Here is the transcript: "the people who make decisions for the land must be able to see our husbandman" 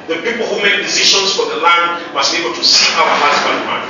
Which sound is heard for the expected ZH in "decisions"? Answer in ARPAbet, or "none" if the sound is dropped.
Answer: SH